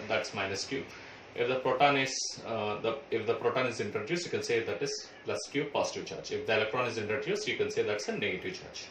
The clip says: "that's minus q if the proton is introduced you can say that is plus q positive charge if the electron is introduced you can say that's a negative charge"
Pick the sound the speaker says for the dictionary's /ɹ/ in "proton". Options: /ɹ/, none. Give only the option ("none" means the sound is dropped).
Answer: /ɹ/